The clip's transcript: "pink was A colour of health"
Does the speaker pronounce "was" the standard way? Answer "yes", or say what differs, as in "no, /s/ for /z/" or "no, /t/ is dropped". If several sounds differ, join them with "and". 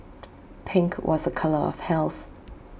yes